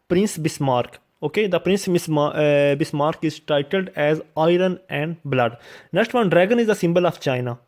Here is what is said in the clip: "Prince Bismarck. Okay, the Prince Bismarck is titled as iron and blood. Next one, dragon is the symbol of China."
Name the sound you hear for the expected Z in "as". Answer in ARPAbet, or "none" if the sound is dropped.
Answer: Z